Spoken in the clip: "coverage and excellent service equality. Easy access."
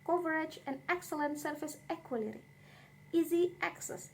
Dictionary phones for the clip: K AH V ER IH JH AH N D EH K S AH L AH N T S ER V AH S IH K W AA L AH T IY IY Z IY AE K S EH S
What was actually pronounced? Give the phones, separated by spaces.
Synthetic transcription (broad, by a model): K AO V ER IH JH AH N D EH K S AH L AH N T S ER F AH S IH K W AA L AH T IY IY Z IY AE K S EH S